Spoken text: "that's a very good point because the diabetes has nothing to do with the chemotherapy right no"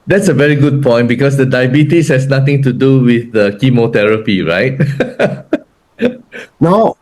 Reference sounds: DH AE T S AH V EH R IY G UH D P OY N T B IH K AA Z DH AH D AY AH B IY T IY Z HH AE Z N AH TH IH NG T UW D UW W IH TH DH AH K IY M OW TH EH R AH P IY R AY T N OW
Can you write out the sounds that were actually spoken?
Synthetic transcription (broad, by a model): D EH T S AH V EH R IY G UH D P OY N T B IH K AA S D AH D AY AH B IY T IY S HH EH S N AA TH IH NG T UW D UW W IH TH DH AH K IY M OW T EH R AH P IY R AY T N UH